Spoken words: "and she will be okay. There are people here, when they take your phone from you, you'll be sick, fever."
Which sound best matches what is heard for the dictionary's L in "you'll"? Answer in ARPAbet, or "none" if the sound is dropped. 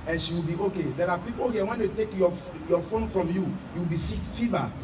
W